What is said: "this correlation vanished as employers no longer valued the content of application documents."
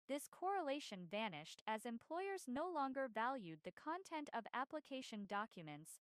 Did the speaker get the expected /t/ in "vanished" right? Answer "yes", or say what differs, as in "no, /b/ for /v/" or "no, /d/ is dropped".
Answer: yes